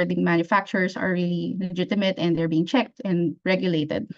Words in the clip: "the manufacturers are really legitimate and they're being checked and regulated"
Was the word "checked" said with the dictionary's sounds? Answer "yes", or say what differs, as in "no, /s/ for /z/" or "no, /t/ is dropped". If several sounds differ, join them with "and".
yes